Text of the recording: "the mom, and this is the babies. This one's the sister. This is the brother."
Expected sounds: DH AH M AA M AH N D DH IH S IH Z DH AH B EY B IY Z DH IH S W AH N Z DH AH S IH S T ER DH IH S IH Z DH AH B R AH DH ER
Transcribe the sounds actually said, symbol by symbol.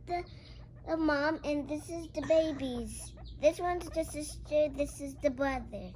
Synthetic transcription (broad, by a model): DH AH M AA M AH N DH IH S IH Z DH AH B EY B IY Z DH IH S W AH N Z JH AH S IH S T ER DH IH S IH Z DH AH B R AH DH ER